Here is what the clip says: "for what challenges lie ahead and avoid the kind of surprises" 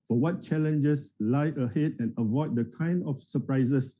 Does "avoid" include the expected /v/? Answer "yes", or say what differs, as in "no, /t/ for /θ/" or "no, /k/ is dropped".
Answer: yes